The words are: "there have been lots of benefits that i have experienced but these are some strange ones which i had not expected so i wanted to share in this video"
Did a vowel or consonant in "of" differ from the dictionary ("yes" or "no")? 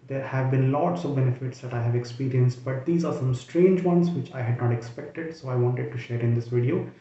no